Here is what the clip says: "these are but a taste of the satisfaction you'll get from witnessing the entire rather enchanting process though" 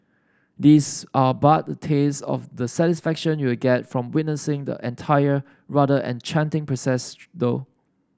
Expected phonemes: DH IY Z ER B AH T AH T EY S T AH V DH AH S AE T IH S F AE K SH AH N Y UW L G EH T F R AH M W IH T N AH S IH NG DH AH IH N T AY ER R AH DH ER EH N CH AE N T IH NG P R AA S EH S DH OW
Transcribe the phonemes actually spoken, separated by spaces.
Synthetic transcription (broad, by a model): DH IY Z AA B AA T AH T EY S AH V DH AH S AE T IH S F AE K SH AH N Y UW W G EH T F R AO M W IH T N AH S IH NG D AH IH N T AY ER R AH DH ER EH N CH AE N T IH NG P R AA S EH S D OW